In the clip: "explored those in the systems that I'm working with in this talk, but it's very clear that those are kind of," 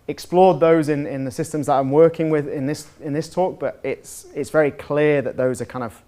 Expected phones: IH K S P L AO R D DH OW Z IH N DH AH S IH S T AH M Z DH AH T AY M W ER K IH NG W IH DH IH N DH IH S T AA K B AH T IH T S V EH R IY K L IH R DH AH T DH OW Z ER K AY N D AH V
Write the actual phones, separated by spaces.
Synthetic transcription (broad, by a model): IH K S P L AO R D DH OW Z IH N DH AH S IH S T AH M Z DH AH T AY M W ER K IH NG W IH DH IH N DH IH S T AA K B AH T IH T S V EH R IY K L IH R DH AH T DH OW Z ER K AY N D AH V